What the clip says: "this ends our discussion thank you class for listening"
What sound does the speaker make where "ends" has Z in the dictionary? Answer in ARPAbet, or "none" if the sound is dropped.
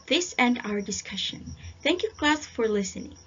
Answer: none